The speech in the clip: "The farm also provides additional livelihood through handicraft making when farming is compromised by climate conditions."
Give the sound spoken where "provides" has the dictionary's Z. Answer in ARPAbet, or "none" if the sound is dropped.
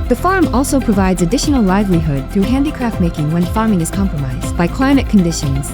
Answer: Z